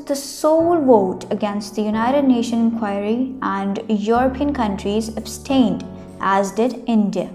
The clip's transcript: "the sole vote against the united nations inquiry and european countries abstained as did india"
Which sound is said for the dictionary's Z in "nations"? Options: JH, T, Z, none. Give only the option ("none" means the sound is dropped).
none